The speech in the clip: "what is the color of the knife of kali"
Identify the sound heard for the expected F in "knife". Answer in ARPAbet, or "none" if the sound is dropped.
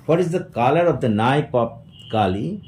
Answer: P